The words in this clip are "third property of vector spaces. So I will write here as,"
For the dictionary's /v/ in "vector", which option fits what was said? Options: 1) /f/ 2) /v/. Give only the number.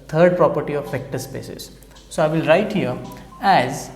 1